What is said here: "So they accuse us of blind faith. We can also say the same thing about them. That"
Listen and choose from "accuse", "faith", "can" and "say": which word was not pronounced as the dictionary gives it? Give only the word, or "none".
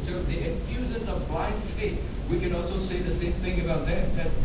faith